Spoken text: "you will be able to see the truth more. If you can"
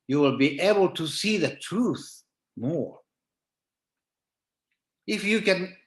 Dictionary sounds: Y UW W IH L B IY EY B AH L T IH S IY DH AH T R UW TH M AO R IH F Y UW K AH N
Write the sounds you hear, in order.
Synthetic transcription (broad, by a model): Y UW W IH L B IY EY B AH L T IH S IY DH AH T R UW TH M AO R IH F Y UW K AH N